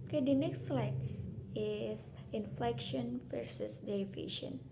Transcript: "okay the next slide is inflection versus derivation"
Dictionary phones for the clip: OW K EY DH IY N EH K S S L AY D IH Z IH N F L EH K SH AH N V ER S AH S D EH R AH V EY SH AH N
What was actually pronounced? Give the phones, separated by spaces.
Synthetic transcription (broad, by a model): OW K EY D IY N EH K S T L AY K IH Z IH N F L EH K SH AH N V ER S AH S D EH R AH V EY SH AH N